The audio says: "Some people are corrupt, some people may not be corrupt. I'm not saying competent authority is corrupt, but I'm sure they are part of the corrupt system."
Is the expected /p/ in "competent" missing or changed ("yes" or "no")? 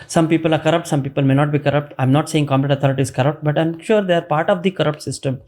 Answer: yes